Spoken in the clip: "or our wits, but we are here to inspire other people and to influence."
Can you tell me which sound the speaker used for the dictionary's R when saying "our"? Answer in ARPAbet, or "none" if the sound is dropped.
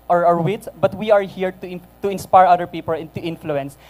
R